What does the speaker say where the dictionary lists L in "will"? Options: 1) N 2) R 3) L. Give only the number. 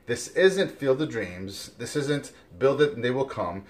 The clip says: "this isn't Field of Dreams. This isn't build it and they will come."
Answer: 3